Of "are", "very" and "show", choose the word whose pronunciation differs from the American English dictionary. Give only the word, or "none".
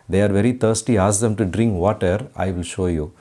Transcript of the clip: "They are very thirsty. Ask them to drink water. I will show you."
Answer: none